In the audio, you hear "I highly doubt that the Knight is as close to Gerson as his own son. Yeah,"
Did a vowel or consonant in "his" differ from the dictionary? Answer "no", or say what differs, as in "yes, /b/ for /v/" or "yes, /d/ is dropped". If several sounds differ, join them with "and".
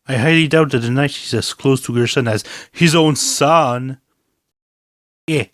no